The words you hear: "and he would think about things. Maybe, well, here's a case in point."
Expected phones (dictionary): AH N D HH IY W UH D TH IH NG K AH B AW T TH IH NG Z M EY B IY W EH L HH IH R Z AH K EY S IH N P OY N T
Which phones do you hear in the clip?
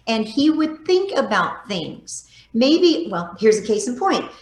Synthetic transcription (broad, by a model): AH N IY W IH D TH IH NG K AH B AW T TH IH NG Z M EY B IY W EH L HH IH R Z AH K EY S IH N P OY N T